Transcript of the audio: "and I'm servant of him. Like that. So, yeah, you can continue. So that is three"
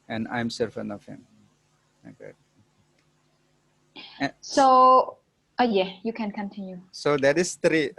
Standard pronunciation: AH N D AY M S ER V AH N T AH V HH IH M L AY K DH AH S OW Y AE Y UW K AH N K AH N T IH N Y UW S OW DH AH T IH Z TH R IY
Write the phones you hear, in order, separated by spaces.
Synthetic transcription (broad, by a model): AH N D AY M S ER F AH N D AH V HH IH M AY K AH S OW Y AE Y UW K AH N K AH N T IH N Y UW S OW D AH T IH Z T R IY